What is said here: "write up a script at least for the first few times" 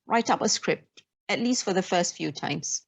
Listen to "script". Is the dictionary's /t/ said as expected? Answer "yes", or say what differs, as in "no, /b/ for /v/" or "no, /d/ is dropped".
yes